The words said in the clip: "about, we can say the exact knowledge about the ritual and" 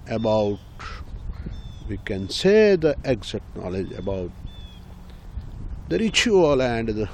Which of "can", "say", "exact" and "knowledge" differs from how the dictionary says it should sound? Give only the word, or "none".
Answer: exact